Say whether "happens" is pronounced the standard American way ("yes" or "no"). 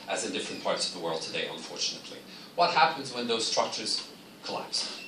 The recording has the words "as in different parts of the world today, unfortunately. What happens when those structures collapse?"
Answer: yes